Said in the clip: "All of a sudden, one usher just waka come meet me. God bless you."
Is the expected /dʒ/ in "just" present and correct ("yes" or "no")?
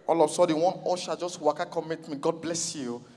yes